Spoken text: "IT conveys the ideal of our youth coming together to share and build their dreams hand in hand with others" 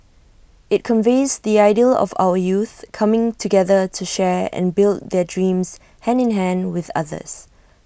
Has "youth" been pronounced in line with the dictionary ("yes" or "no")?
yes